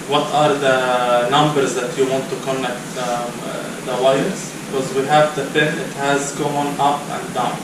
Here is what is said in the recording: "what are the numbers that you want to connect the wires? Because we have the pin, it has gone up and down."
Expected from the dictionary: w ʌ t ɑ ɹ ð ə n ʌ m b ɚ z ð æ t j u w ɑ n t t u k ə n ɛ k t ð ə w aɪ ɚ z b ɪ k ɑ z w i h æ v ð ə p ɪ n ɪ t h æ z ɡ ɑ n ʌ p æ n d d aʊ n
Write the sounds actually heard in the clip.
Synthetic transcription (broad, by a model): w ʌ t ɑ ɹ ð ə n ʌ m b ɚ z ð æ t j u w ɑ n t t u k ə n ɛ k t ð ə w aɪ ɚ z b ɪ k ɑ z w i h æ v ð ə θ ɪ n ɪ t h æ z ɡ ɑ n ʌ p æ n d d aʊ n